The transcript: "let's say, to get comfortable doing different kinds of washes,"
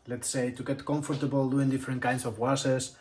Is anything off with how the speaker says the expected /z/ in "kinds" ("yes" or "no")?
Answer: yes